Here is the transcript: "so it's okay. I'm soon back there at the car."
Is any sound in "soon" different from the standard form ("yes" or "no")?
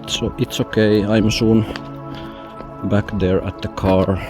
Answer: yes